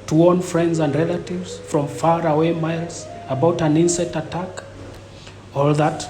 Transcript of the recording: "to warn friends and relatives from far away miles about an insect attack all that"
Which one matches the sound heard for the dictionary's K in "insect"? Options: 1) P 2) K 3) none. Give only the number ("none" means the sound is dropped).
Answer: 3